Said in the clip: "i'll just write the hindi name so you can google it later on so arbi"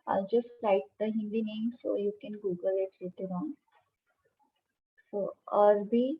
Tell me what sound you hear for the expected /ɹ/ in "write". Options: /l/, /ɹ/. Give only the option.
/l/